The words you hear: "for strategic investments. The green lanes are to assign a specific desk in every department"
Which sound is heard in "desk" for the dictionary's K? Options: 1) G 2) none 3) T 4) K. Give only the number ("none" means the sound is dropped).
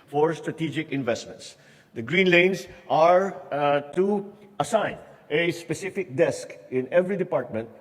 4